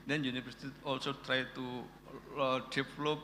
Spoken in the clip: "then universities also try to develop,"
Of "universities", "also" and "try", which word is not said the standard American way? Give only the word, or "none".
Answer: universities